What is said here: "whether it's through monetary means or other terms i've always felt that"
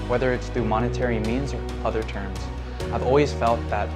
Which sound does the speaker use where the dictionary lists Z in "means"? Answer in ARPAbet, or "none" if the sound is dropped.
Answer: Z